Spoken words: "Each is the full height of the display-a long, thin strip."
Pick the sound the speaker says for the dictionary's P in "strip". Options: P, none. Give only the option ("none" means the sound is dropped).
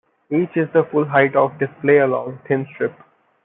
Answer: P